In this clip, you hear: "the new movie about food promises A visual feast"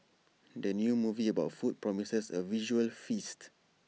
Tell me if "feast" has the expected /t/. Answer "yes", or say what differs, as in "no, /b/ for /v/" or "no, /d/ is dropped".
yes